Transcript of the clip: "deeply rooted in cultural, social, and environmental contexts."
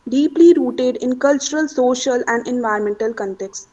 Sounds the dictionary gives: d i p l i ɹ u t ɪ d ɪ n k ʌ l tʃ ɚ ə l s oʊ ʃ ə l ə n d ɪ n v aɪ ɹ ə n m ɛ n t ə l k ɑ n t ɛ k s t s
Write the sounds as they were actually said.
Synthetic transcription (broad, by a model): d i p l i ɹ u t ɪ d ɪ n k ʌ l tʃ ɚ ə l s oʊ ʃ ə l ə n d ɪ n v aɪ ə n m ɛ n t ə l k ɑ n t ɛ k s s